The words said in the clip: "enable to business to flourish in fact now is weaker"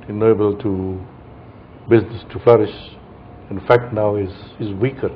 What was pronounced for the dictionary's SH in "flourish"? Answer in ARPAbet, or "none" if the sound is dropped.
SH